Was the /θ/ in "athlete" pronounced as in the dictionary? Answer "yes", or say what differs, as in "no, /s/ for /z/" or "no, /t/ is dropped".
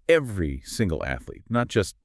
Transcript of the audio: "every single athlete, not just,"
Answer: yes